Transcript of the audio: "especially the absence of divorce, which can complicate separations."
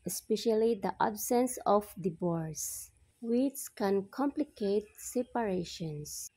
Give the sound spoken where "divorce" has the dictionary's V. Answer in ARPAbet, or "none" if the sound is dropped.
B